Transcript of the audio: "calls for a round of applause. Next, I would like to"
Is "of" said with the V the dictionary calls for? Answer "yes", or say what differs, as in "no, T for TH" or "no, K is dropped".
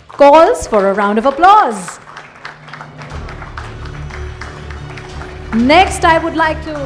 yes